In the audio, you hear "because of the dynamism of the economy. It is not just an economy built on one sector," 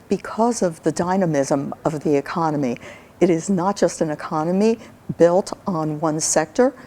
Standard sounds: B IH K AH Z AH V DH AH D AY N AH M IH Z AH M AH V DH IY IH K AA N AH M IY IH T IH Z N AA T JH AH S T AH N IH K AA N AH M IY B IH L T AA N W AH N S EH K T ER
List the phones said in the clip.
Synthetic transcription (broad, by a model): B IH K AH Z AH V DH AH D AY N AH M IH Z AH M AH V DH IY IH K AA N AH M IY IH T IH Z N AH T JH AH S T N IH K AA N AH M IY B IH L T N W AH N S EH K T ER